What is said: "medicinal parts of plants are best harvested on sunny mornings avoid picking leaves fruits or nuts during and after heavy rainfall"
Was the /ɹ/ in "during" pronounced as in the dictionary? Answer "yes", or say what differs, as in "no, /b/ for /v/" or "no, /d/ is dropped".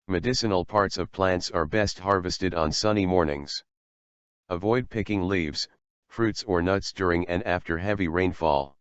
yes